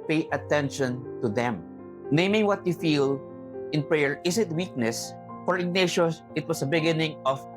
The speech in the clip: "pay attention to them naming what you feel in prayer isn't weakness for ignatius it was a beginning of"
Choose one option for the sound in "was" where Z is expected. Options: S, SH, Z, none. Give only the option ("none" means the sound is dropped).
S